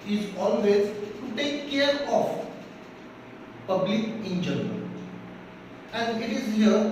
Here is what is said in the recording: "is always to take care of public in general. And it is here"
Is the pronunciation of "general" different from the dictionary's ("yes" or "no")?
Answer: yes